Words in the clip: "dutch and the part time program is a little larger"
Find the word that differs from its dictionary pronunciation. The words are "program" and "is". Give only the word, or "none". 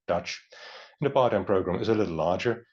none